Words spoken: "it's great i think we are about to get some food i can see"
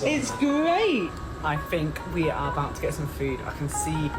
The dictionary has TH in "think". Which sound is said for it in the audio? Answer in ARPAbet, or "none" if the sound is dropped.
TH